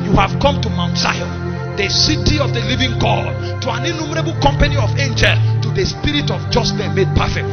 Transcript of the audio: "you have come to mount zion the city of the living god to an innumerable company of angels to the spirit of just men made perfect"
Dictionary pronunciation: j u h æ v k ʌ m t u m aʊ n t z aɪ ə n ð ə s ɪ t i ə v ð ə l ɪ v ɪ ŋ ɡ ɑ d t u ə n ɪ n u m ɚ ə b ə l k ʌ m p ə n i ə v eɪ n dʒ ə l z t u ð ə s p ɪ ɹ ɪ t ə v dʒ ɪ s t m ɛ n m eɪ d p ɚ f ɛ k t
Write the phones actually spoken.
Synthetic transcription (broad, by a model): j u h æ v k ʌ m t u m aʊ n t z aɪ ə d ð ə s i t i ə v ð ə l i v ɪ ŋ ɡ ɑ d t u ə n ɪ n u m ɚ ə b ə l k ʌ m p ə n i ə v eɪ n dʒ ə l t u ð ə s p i ɹ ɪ t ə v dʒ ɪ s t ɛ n m eɪ d p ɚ f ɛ k t